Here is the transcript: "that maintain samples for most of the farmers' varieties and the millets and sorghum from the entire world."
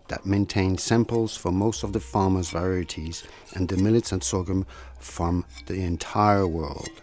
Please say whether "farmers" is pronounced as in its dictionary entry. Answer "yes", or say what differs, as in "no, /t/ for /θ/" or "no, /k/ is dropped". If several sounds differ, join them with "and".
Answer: yes